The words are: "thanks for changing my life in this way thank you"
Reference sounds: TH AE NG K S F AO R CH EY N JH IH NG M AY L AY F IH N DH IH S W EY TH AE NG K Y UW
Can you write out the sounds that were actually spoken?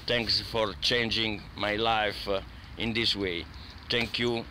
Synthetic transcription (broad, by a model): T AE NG K S F AO R CH EY N JH IH NG M AY L AY F IH N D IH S W EY T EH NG K Y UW